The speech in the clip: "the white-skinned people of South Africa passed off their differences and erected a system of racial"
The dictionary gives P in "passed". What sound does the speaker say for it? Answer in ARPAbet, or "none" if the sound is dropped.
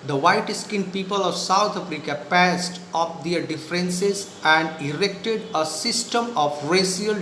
P